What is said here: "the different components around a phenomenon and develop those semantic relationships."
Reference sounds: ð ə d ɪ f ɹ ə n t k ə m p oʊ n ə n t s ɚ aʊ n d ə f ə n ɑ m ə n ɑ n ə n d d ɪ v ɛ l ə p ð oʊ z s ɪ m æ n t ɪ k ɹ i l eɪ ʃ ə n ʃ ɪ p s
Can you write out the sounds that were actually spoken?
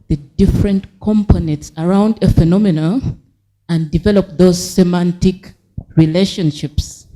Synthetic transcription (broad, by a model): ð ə d ɪ f ɹ ə n t k ə m p oʊ n ə n t s ɚ aʊ n d ə f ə n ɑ m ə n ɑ ə n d d ɪ v ɛ l ə p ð oʊ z s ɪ m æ n t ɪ k ɹ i l eɪ ʃ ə n ʃ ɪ p s